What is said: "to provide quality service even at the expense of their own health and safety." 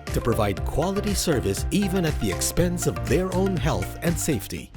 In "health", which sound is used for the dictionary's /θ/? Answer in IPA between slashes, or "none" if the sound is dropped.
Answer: /θ/